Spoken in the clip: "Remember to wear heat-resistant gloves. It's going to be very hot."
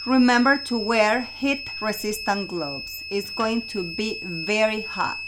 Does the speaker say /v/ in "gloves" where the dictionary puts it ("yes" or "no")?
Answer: no